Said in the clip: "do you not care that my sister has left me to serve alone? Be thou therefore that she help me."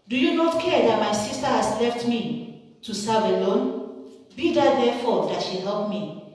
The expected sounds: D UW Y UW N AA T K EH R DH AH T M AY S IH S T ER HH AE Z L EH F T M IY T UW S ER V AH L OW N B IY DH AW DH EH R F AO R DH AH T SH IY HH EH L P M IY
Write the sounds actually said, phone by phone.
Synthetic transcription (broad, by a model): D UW Y UW N AA T K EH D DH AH T M AY S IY S T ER HH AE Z L EH F T M IY T UW S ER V AH L OW N B IY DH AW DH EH F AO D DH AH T SH IY HH EH L P M IY